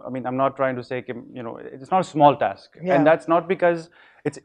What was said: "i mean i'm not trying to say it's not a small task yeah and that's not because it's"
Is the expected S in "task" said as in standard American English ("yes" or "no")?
yes